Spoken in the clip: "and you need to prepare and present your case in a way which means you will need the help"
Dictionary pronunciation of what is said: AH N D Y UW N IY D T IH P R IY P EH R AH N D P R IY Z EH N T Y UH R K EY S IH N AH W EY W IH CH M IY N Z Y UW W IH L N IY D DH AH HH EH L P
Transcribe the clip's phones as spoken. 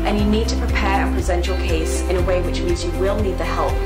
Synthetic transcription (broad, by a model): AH N Y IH N IY D T IH P R IY P EH R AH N P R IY Z EH N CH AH R K EY S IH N AH W EY W IH CH M IY N Z Y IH W IH L N IY D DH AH HH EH L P